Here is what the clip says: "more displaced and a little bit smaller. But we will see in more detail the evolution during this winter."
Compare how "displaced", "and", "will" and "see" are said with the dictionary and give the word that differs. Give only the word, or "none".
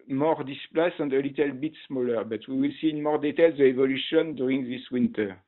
displaced